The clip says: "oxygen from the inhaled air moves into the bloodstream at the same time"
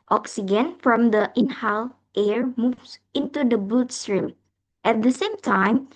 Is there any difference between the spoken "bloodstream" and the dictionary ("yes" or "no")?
yes